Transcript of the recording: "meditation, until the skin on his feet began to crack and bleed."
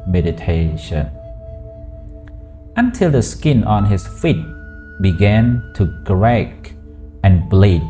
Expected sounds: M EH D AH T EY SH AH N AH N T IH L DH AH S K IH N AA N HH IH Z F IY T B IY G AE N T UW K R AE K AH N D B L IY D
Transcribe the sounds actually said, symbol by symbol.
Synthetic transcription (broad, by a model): M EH D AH T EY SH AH N AH N T IH L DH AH S K IH N AA N HH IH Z F IY T B IY G AE N T UW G R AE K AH N B L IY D